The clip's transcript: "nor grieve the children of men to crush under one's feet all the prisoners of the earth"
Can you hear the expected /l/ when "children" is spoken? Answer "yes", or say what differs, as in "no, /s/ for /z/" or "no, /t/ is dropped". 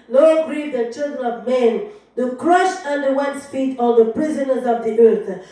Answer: yes